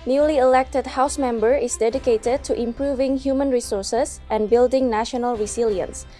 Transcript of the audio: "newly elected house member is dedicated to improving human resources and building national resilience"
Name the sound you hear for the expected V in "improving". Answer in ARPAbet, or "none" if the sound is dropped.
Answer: V